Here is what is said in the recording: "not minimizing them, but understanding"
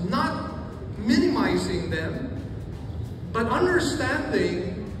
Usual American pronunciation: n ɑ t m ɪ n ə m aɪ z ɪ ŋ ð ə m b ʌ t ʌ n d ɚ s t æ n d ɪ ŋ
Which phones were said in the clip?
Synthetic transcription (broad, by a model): n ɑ t m ɪ n ə m aɪ z ɪ ŋ ð ə m b ʌ t ʌ n d ɚ s t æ n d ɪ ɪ